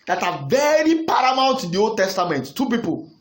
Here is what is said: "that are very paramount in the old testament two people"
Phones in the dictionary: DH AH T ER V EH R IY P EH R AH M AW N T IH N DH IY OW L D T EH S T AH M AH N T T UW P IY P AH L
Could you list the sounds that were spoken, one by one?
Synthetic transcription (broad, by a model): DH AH T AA V EH R IY P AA R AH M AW L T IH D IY OW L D T EH S T AH M AH N T T UW P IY P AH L